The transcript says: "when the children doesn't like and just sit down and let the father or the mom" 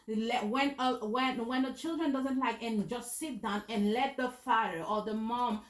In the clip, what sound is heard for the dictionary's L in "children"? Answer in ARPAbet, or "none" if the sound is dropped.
L